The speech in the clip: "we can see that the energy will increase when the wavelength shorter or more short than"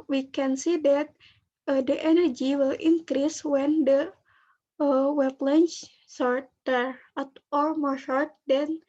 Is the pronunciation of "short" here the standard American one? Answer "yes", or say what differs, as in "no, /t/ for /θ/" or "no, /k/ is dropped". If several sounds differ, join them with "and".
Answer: yes